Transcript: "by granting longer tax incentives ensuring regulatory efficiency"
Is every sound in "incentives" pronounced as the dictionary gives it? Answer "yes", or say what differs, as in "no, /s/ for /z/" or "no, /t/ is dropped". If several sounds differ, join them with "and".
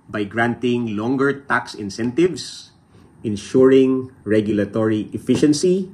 no, /s/ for /z/